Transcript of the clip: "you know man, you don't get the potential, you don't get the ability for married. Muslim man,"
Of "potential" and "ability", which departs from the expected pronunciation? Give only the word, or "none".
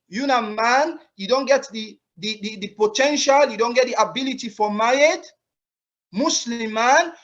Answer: none